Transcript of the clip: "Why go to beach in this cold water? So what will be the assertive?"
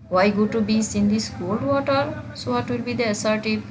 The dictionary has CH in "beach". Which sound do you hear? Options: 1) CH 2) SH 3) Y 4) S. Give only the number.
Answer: 4